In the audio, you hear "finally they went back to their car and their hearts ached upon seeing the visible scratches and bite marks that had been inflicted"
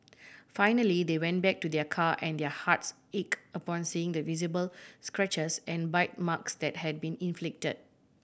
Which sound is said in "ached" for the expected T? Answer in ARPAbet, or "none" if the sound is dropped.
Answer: none